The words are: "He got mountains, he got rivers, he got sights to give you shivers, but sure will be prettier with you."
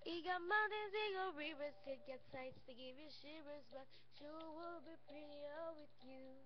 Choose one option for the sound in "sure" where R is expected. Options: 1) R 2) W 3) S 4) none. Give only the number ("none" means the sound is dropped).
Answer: 2